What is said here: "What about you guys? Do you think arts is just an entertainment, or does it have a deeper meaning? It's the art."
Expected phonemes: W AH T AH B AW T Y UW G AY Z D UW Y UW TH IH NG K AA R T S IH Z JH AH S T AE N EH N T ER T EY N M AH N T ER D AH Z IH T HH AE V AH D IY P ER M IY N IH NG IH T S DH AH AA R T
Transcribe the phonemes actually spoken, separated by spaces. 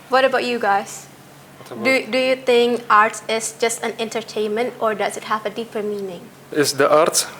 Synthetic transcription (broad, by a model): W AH T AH B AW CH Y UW G AY Z D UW Y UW TH IH NG K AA R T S IH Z JH AH S T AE N EH N T ER T EY N M AH N T ER D AH Z IH T HH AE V AH D IY P ER M IY N IH NG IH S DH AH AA R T